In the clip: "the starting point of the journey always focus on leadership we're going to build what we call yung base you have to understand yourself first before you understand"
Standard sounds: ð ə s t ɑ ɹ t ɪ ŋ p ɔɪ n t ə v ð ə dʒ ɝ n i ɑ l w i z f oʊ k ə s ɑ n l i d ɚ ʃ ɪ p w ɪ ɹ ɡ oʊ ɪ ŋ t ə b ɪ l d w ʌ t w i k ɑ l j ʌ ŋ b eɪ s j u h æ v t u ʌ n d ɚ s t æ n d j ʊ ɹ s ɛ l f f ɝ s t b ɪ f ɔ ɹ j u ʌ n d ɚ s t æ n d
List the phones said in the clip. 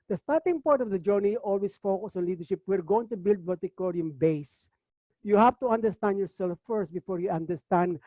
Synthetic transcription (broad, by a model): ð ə s t ɑ ɹ t ɪ ŋ p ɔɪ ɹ t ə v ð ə dʒ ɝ n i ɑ l w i s f oʊ k ə s ɑ n l i d ɚ ʃ ɪ p w ɪ ɹ ɡ oʊ ɪ ŋ t ə b ɪ l d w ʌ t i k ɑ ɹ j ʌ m b eɪ s j u h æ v t u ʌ n d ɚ s t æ n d j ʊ ɹ s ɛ l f f ɝ s t b ɪ f ɔ ɹ j u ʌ n d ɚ s t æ n d